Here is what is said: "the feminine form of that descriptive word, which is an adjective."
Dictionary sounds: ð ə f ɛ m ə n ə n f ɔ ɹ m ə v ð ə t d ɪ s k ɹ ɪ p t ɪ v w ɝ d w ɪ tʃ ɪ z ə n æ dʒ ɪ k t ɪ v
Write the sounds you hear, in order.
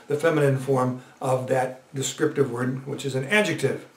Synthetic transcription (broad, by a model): ð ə f ɛ m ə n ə n f ɔ ɹ m ə v ð ə t d ɪ s k ɹ ɪ p t ɪ v w ɝ d w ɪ tʃ ɪ z ə n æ dʒ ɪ k t ɪ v